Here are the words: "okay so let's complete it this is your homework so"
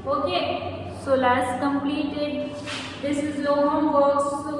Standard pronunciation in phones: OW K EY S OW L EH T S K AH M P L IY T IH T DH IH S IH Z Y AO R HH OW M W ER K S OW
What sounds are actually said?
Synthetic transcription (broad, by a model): OW K EY S OW L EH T S K AH M P L IY T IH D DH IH S IH Z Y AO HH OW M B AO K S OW